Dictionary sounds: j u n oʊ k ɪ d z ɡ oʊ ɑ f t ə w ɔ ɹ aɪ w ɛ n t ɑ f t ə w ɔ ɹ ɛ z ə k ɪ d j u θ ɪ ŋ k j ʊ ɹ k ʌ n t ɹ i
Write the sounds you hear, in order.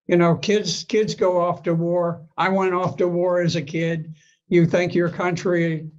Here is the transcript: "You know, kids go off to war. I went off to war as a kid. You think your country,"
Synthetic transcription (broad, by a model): j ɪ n oʊ k ɪ d z ɡ oʊ ɑ f t ə w ɔ ɹ aɪ w ɛ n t ɑ f t ə w ɔ ɹ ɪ z ə k ɪ d j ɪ θ ɪ ŋ k j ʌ ɹ k ʌ n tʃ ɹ i